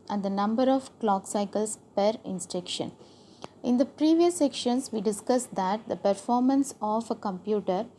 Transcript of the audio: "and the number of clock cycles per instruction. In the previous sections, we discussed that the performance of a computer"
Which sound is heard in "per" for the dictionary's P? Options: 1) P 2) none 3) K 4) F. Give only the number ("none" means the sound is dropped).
1